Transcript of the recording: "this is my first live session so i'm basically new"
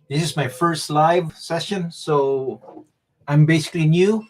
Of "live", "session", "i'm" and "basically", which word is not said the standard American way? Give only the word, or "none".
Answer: none